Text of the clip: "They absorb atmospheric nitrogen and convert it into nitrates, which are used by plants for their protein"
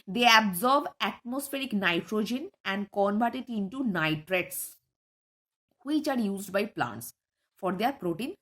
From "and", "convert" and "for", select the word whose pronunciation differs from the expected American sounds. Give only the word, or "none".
convert